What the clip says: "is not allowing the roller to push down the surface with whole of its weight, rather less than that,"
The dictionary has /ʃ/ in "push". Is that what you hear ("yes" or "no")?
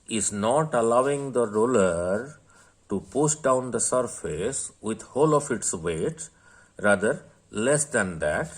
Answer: no